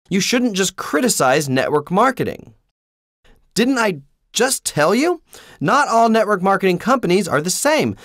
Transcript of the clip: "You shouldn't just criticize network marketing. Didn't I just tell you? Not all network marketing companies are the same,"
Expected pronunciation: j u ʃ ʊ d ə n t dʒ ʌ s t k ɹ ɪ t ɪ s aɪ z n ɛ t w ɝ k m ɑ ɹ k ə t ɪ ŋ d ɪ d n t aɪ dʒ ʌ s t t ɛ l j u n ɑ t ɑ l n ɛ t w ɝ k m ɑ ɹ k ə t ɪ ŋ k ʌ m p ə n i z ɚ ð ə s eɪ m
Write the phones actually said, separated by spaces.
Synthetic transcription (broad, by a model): j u ʃ ʊ d n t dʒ ʌ s k ɹ ɪ t ɪ s aɪ z n ɛ t w ɝ k m ɑ ɹ k ə t ɪ ŋ d ɪ d n t aɪ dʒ ʌ s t t ɛ l j u n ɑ t ɑ l n ɛ t w ɝ k m ɑ ɹ k ə t ɪ ŋ k ʌ m p ə n i z ɚ ð ə s eɪ m